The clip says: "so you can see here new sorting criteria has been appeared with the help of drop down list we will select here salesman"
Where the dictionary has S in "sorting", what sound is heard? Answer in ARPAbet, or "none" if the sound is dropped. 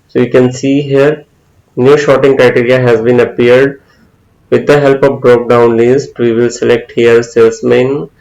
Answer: SH